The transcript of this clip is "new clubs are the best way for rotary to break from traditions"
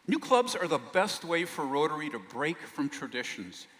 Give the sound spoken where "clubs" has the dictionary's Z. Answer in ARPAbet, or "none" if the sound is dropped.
Z